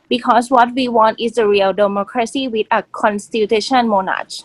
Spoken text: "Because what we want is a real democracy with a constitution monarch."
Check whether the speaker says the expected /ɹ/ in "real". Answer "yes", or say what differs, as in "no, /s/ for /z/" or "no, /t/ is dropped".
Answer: yes